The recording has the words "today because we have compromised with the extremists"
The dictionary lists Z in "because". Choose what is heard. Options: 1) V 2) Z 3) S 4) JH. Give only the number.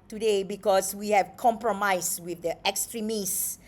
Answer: 3